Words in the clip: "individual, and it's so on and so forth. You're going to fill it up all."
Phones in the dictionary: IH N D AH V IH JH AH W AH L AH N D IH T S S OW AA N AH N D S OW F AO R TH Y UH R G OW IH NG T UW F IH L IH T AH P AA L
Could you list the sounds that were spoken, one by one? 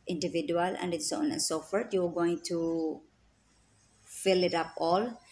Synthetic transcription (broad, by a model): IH N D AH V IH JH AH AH L AH N D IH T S S OW AA N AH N S OW F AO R T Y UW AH G OW IH NG T UW F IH L IH T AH P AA L